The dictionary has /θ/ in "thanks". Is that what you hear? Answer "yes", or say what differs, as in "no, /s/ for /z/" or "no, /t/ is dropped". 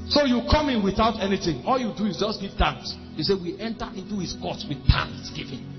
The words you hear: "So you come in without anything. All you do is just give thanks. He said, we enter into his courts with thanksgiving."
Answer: no, /t/ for /θ/